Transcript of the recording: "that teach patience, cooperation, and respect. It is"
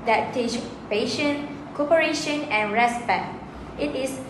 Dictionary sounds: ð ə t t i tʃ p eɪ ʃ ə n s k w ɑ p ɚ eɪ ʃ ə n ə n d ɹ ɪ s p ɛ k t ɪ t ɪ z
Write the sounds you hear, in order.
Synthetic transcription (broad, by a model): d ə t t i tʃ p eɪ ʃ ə n k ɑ p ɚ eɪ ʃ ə n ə n ɹ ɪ s p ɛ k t ɪ t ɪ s